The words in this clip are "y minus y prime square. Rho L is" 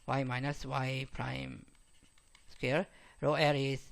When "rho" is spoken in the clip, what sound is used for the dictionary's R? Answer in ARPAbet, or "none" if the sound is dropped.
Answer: R